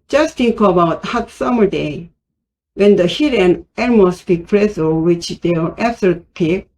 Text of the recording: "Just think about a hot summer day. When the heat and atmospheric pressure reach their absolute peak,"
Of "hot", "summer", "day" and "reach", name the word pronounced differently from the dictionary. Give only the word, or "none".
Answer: reach